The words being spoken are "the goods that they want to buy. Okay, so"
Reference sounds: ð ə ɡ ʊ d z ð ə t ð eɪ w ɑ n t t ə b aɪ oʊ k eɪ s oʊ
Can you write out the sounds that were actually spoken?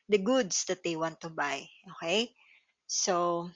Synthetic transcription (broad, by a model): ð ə ɡ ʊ d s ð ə t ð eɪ w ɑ n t t ə b aɪ oʊ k eɪ s oʊ